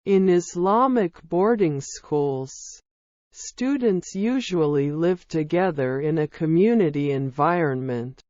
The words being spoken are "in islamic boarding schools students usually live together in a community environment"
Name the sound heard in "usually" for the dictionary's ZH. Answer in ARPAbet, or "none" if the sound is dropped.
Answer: ZH